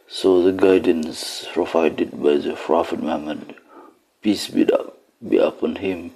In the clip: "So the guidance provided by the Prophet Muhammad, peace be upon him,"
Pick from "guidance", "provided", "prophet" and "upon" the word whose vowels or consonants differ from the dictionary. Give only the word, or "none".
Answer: prophet